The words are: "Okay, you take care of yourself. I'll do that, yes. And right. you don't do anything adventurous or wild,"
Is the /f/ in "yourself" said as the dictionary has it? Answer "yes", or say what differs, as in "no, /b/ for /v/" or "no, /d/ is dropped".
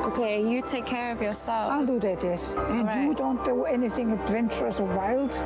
no, /f/ is dropped